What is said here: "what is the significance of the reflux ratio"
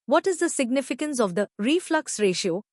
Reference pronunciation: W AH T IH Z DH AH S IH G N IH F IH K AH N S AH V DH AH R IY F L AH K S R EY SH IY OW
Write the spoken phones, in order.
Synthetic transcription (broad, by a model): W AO T IH Z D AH S IH G N IH F IH K AH N S AH V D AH R IY F L AH K S R EY SH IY OW